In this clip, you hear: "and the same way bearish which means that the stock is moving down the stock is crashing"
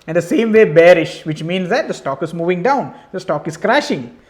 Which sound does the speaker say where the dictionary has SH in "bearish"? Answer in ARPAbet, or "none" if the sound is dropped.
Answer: SH